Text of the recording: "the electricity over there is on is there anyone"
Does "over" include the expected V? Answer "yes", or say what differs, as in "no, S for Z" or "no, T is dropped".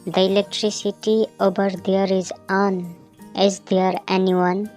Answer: no, B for V